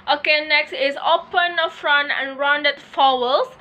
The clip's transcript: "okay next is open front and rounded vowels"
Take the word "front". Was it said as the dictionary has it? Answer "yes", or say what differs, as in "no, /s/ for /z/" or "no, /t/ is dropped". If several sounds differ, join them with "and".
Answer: yes